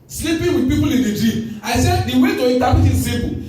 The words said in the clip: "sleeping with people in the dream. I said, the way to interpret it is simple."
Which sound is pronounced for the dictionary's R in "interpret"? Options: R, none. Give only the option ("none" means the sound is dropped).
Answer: none